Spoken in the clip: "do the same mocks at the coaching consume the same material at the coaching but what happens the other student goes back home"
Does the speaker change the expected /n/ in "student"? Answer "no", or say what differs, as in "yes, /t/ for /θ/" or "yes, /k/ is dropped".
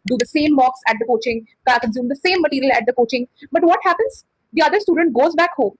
no